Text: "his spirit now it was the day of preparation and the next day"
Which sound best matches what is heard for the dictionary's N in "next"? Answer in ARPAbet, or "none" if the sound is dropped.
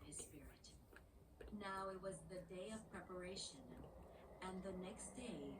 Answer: N